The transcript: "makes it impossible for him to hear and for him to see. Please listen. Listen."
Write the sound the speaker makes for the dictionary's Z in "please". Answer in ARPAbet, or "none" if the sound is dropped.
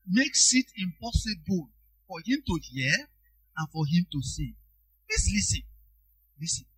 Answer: S